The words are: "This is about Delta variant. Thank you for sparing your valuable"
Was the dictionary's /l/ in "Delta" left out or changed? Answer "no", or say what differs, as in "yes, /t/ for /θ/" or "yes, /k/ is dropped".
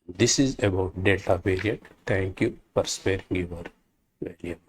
yes, /l/ is dropped